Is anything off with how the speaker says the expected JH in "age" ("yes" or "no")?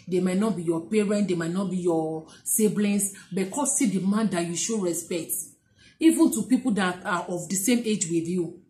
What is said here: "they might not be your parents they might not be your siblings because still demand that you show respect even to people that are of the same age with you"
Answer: no